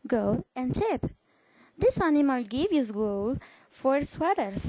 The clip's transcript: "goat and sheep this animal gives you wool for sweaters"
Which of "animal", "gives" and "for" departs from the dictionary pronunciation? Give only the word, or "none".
gives